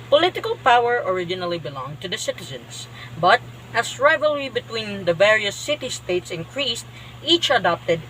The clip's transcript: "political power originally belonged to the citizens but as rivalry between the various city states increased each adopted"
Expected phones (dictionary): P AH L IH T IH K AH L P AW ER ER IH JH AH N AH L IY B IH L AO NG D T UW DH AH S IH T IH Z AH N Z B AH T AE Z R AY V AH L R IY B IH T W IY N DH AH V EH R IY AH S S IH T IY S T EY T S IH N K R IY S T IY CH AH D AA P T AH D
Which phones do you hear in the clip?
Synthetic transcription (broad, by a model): P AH L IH T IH K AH L P AW ER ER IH JH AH N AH L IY B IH L AO NG T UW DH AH S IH T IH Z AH N S B AH T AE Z R AY V AH L R IY B IH T W IY N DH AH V EH R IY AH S S IH T IY S T EY T S IH N K R IY S T IY CH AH D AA P T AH D